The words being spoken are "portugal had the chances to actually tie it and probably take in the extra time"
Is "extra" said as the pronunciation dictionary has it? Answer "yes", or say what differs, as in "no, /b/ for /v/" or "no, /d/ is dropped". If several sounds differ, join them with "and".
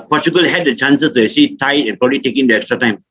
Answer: yes